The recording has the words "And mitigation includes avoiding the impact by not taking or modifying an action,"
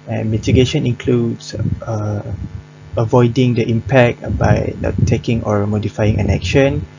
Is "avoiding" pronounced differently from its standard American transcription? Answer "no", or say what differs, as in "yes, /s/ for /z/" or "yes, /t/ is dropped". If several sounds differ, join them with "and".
no